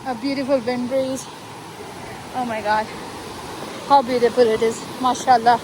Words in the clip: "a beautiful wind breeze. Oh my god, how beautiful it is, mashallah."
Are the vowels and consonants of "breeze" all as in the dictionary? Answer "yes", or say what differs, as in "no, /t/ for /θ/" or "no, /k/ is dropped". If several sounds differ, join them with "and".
no, /ɹ/ is dropped